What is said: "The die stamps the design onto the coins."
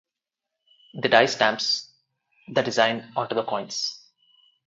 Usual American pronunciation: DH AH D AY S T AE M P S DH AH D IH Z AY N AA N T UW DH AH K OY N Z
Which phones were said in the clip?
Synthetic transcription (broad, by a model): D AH D AY S T AE M P S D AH D IH Z AY N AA T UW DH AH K OY N S